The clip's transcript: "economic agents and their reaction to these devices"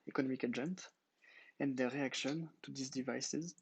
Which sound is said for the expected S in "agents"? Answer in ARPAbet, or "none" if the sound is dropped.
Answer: none